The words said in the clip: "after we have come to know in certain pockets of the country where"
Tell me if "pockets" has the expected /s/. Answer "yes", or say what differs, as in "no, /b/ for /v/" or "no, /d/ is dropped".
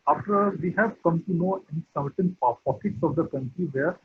yes